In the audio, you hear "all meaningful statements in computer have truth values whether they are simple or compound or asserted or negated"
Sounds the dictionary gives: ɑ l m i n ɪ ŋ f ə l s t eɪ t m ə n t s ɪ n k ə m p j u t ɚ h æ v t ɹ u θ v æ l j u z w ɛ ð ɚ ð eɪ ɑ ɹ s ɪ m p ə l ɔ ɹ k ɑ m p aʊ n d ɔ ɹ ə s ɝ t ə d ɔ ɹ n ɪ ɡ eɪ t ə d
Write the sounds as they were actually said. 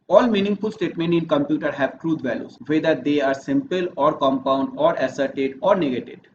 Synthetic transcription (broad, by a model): ɑ l m i n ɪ ŋ f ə l s t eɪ t m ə n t ɪ n k ə m p j u t ɚ h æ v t ɹ u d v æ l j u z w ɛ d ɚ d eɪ ɑ ɹ s ɪ m p ə l ɔ ɹ k ɑ m p aʊ n d ɔ ɹ ə s ɝ t ə d ɔ ɹ n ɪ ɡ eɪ t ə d